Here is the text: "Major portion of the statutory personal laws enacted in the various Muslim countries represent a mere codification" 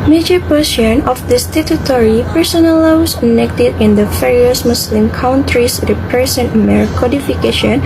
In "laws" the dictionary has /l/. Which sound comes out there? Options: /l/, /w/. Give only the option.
/w/